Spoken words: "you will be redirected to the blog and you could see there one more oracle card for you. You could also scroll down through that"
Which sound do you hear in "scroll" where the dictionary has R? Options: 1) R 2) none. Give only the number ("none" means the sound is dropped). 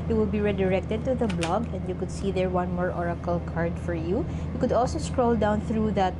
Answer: 1